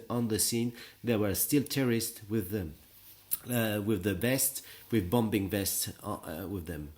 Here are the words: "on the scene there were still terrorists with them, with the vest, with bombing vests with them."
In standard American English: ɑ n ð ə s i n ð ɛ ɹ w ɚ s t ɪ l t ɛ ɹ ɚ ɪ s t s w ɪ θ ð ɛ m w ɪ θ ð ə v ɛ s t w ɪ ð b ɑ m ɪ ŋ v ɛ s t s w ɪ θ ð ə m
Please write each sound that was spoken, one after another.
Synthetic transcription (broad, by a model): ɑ n ð ə s i n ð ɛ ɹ w ɚ s t ɪ l t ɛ ɹ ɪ s t w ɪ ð w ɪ ð ə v ɛ s t w ɪ ð b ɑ m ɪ ŋ v ɛ s t s w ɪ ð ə m